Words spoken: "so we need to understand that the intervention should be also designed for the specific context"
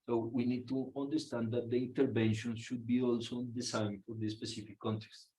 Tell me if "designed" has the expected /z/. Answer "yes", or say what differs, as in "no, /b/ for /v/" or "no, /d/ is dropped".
no, /s/ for /z/